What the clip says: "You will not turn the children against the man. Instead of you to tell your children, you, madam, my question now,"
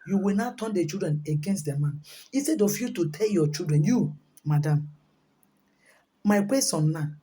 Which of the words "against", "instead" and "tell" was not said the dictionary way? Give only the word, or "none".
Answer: instead